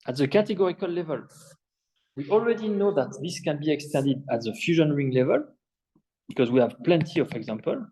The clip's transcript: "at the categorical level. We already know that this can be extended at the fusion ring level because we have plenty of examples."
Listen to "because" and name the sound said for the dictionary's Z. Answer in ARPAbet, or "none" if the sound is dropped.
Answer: Z